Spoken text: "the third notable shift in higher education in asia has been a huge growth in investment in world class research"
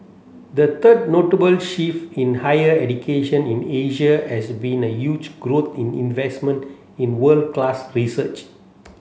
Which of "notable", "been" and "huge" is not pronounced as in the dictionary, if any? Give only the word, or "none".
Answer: none